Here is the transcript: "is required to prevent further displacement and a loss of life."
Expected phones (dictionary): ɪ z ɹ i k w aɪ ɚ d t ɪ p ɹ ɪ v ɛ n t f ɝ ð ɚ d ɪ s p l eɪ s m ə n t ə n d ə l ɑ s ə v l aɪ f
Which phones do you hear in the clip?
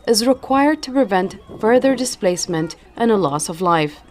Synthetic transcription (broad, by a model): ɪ z ɹ i k w aɪ ɚ d t ɪ p ɹ ɪ v ɛ n t f ɝ ð ɚ d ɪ s p l eɪ s m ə n t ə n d ə l ɑ s ə v l aɪ f